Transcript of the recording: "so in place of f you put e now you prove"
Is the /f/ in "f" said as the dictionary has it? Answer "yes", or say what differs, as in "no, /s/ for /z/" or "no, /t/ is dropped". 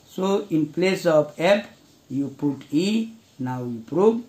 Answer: no, /p/ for /f/